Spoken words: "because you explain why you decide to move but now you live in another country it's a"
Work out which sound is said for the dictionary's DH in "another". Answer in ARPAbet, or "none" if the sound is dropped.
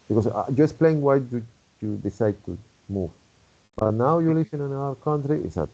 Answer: none